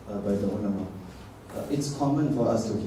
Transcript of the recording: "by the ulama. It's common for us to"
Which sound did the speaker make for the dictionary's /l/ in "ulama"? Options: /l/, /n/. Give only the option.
/n/